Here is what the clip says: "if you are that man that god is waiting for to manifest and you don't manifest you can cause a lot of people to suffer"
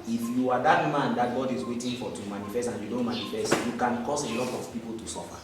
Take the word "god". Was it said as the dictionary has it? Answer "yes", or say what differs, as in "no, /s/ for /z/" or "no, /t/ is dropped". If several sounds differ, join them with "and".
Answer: yes